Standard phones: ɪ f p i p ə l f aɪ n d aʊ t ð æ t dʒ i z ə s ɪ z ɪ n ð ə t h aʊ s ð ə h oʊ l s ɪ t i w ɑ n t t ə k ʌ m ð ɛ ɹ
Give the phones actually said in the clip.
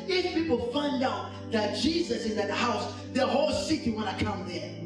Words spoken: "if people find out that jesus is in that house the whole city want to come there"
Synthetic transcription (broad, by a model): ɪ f p i p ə l f aɪ n d aʊ t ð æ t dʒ i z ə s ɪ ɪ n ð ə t h aʊ s ð ə h oʊ l s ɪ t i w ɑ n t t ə k ʌ m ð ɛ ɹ